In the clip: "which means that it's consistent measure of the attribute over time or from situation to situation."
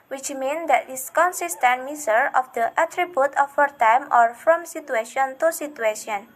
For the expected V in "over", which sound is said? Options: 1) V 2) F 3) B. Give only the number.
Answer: 2